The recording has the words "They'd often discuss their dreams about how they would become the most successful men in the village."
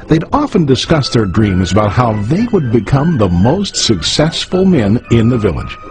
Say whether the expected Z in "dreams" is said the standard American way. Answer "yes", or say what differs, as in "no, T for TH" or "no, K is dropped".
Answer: yes